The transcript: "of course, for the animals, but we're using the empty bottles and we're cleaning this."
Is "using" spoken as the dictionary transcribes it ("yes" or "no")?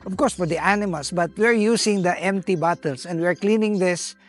no